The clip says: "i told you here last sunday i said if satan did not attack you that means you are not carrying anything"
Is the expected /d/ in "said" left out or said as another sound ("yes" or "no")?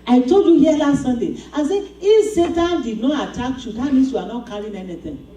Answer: yes